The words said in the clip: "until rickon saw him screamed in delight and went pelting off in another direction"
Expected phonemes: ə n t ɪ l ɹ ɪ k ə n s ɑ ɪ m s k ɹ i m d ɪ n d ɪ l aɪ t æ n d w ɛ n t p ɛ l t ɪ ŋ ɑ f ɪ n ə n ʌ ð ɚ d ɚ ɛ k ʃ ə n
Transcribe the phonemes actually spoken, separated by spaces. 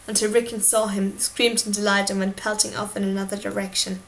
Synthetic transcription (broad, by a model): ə n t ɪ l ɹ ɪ k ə n s ɑ ɪ m s k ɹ i m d ɪ n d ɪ l aɪ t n w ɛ n p ɛ l t ɪ ŋ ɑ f ɪ n ə n ʌ ð ɚ d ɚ ɛ k ʃ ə n